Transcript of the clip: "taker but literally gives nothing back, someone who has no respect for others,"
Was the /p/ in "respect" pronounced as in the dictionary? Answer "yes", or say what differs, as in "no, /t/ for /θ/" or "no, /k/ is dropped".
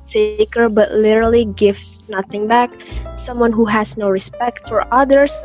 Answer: yes